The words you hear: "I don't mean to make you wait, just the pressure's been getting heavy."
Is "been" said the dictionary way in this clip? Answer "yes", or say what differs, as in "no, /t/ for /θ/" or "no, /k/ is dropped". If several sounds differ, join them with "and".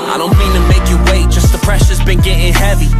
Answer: yes